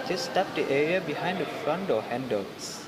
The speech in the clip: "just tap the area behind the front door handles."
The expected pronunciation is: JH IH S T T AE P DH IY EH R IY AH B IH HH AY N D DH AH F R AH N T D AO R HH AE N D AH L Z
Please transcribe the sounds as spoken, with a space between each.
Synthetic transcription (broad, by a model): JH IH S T T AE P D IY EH R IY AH B IH HH AY N D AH F R AH N T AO HH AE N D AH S